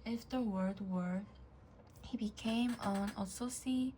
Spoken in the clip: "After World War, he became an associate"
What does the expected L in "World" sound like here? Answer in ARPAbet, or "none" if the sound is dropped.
none